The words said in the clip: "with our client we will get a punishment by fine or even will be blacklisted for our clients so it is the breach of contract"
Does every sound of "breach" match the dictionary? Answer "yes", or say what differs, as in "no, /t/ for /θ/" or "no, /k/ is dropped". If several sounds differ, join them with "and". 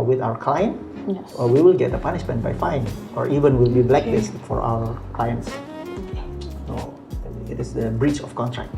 yes